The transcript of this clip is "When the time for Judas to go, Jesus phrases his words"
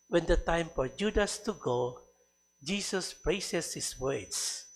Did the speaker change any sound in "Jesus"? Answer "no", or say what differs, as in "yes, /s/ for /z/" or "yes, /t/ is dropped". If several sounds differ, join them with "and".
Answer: yes, /s/ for /z/